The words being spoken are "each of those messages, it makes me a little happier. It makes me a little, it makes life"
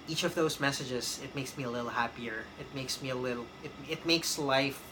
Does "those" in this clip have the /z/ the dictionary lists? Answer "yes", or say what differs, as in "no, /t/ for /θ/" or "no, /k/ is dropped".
yes